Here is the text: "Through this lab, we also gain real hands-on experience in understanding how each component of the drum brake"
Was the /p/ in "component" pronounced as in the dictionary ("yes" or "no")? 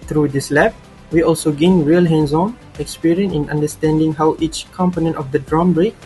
yes